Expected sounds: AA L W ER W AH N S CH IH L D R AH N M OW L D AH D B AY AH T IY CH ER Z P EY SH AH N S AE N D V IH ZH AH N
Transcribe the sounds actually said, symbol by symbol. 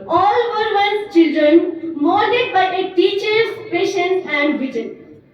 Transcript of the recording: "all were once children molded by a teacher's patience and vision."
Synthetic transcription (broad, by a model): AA L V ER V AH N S CH IH L D R AH N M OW D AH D B AY AH T IY CH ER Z P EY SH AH N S AE N D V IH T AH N